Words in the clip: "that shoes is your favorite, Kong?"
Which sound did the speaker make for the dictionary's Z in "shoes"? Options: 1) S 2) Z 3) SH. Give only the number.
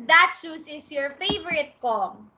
1